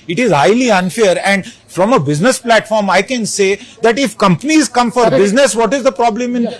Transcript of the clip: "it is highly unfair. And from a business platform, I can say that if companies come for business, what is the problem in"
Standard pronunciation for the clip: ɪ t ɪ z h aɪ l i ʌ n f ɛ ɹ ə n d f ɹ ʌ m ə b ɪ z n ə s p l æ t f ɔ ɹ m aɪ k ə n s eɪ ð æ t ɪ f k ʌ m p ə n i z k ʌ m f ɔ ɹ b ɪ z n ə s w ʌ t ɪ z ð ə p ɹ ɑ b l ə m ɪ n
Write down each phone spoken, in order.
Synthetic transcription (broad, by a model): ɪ t ɪ z h aɪ l i ʌ n f ɛ ɹ ə n d f ɹ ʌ m ə b ɪ z n ə s p l æ t f ɔ ɹ m aɪ k ə n s eɪ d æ t ɪ f k ʌ m p ə n i z k ʌ m f ɔ ɹ b ɪ z n ə s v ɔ t ɪ z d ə p ɹ ɑ b l ə m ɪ n